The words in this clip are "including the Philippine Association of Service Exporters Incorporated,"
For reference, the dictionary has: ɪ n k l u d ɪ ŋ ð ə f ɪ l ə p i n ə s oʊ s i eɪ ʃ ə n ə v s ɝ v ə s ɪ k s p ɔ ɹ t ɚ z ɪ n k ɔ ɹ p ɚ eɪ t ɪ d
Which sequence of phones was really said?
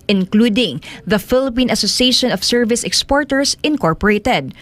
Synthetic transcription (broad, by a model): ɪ n k l u d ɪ ŋ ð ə f ɪ l ə p i n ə s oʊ s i eɪ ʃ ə n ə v s ɝ v ə s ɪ k s p ɔ ɹ t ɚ s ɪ n k ɔ ɹ p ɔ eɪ t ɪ d